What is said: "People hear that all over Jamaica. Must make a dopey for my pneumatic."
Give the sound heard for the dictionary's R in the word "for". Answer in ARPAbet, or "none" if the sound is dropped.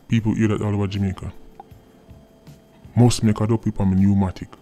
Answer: L